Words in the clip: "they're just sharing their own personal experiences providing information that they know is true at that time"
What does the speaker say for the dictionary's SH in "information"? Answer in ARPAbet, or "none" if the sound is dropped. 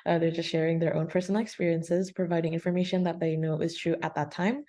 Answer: SH